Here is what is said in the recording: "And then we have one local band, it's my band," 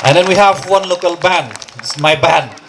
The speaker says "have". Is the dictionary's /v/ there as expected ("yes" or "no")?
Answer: yes